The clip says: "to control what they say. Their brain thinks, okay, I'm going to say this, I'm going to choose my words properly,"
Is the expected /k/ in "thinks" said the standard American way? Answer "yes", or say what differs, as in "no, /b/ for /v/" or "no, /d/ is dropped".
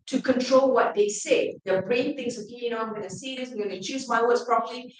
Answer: no, /k/ is dropped